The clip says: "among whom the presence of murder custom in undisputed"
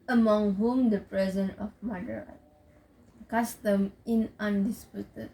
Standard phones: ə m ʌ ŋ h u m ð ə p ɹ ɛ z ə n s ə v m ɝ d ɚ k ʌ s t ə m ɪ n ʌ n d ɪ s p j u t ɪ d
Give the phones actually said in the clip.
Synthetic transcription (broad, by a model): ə m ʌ ŋ h u m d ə p ɹ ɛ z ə n ə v m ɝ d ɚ k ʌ s t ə m ɪ n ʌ n d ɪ s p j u t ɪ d